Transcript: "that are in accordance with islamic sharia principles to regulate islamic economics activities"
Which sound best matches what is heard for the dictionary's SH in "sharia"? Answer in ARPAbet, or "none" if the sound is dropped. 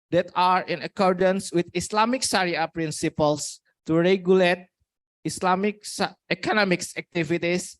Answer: S